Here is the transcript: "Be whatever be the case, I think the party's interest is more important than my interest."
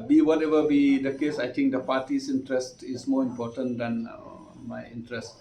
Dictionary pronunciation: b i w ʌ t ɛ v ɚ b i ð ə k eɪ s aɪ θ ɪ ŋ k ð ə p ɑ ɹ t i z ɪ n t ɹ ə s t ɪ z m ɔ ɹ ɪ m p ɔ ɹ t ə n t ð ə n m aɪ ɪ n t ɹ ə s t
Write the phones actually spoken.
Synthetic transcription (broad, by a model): b i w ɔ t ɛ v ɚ b i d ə k eɪ s aɪ t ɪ ŋ k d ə p ɑ t i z ɪ n t ɹ ə s t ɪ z m ɔ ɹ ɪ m p ɔ t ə n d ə n m aɪ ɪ n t ɹ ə s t